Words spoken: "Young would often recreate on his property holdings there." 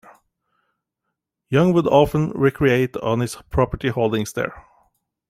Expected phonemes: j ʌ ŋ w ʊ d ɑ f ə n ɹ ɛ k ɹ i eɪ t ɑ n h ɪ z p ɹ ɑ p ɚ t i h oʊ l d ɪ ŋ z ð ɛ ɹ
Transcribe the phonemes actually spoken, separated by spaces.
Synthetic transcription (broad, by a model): j ʌ ŋ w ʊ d ɑ f ə n ɹ ɛ k ɹ i eɪ t ɑ n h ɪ s p ɹ ɑ p ɚ t i h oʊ l d ɪ ŋ s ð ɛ ɹ